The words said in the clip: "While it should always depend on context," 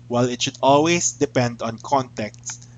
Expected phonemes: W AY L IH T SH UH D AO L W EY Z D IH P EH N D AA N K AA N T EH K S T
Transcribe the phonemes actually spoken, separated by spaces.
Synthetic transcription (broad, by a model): W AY L IH T SH UH D AO L W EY S D IH P EH N D AA N K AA N T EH K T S